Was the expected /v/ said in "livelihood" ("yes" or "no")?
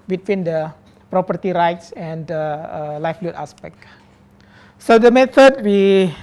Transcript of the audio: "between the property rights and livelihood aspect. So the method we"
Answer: no